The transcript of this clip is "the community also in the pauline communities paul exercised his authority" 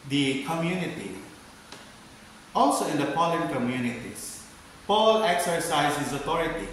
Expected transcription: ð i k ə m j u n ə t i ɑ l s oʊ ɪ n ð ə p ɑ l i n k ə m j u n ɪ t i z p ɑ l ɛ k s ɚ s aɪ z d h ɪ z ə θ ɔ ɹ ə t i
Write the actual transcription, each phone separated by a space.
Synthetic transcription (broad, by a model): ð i k ə m j u n ə t i ɑ l s oʊ ɪ n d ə p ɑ l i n k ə m j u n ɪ t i s p ɑ l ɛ k s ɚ s aɪ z h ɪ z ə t ɔ ɹ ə t i